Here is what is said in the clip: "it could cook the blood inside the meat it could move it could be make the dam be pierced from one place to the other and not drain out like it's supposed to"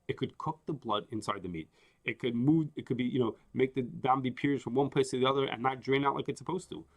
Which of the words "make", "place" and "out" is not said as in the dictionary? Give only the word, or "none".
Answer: place